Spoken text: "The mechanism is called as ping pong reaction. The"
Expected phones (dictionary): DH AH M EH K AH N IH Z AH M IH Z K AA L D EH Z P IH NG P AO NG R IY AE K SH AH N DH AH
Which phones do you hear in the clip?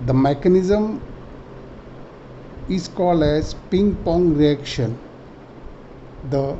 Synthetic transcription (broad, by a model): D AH M EH K AH N IH Z AH M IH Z K AA L D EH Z P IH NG P AO NG R IY AE K SH AH N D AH